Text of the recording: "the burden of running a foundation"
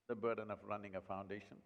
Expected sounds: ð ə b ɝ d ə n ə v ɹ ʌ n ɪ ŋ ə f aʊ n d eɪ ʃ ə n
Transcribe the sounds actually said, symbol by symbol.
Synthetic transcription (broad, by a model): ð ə b ɝ d ə n ə v ɹ ʌ n ɪ ŋ ə f aʊ n d eɪ ʃ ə n